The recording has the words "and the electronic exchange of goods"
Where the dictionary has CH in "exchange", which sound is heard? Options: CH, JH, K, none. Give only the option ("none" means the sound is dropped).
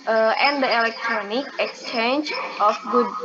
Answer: CH